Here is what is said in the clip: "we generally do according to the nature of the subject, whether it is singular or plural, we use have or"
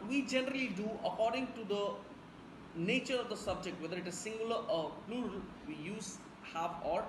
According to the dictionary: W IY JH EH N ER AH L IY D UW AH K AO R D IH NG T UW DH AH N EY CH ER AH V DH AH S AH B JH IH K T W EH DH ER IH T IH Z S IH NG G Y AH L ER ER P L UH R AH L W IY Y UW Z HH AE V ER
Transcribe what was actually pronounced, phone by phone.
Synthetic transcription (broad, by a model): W IY JH EH N ER AH L IY D UW AH K AO R D IH NG T UW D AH N EY CH ER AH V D AH S AH B JH IH K T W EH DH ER IH T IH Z S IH NG G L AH ER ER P L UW R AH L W IY Y UW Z HH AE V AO